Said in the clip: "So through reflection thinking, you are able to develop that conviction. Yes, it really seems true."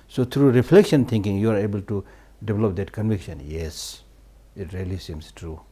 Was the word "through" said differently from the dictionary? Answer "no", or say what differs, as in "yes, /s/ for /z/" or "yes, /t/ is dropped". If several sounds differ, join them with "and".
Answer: yes, /t/ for /θ/